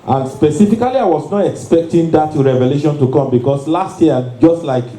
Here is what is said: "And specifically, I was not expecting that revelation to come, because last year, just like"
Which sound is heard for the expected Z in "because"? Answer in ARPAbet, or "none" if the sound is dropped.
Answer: S